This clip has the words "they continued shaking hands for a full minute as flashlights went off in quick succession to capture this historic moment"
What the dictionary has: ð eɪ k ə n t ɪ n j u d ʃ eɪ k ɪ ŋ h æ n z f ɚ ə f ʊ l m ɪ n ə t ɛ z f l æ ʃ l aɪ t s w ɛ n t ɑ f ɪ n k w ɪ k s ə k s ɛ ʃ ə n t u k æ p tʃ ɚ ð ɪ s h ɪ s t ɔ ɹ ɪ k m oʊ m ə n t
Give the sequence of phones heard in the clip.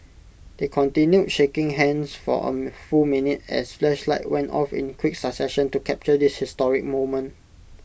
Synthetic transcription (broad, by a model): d eɪ k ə n t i n j u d ʃ eɪ k ɪ ŋ h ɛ n s f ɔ ə f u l m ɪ n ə t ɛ s f l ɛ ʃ l aɪ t w ɛ n t ɑ f ɪ n k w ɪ k s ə s ɛ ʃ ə n t u k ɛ p tʃ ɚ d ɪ s h ɪ s t ɔ ɹ ɪ k m oʊ m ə n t